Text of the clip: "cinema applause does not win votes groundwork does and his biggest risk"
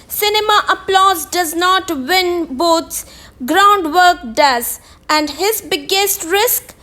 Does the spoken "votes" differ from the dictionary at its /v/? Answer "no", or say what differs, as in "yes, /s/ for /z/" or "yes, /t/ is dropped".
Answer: yes, /b/ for /v/